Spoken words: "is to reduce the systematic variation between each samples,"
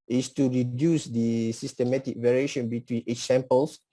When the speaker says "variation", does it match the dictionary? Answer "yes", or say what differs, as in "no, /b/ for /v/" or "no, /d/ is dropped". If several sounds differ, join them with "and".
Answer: yes